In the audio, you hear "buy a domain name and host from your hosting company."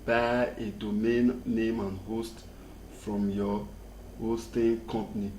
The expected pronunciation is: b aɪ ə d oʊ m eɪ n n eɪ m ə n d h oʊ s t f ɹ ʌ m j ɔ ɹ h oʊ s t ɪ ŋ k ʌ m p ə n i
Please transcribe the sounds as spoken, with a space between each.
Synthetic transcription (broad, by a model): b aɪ ə d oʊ m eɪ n n eɪ m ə n h oʊ s t f ɹ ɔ m j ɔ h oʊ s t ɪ k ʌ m p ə n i